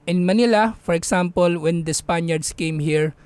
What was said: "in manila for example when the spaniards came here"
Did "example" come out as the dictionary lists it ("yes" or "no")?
no